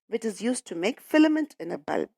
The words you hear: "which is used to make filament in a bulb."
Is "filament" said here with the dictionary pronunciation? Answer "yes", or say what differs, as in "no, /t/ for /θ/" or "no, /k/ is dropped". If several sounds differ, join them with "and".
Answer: yes